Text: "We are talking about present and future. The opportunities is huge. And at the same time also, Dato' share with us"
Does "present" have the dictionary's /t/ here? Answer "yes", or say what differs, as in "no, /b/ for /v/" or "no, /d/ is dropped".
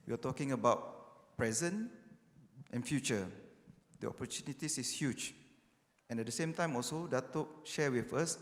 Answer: yes